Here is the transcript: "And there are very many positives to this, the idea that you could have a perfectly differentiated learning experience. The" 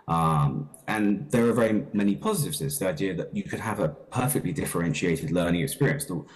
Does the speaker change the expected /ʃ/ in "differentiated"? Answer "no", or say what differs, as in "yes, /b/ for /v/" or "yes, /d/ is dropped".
no